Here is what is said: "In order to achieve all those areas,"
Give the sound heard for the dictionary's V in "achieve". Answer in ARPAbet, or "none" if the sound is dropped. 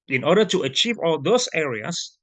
V